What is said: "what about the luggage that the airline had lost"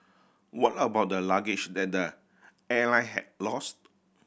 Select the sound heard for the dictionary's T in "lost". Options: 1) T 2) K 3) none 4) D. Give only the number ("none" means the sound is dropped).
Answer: 1